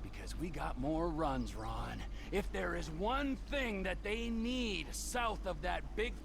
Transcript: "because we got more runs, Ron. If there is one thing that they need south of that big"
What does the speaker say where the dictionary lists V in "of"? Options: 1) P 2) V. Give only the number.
2